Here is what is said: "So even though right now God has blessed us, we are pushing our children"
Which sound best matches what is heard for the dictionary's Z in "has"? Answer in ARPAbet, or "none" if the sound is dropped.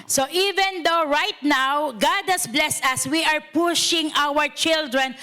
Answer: S